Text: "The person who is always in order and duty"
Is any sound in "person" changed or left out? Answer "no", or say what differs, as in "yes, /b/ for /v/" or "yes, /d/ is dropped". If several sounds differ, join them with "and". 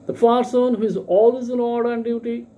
yes, /f/ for /p/